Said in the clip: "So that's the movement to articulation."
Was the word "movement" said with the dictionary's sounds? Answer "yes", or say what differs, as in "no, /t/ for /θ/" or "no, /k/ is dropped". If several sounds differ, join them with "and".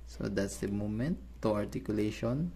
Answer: no, /v/ is dropped